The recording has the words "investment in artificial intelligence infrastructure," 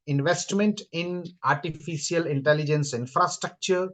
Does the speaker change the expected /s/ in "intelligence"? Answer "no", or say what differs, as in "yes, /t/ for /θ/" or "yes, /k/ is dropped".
no